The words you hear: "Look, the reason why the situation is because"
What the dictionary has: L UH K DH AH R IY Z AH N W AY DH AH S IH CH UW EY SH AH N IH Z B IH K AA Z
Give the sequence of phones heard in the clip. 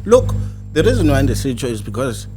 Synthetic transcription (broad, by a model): L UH K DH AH R IY Z AH N W AY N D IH S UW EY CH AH IH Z B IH K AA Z